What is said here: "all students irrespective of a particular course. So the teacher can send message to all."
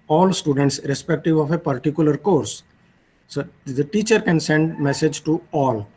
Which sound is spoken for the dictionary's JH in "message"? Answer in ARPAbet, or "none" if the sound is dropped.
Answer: JH